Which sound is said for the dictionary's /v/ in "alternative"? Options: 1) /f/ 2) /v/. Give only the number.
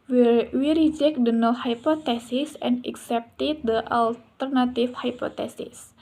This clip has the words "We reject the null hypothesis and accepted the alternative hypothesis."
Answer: 1